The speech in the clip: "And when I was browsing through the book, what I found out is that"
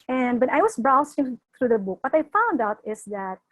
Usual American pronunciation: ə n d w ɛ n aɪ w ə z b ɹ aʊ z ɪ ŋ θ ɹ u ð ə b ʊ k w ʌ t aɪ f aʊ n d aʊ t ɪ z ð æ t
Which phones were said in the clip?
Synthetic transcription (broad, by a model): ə n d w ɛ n aɪ w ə s b ɹ aʊ s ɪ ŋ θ ɹ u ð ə b ʊ k w ʌ t aɪ f aʊ n d aʊ t ɪ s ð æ t